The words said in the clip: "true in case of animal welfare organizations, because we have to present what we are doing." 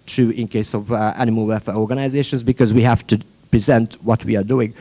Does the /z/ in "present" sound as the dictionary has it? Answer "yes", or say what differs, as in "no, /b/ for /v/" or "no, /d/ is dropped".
yes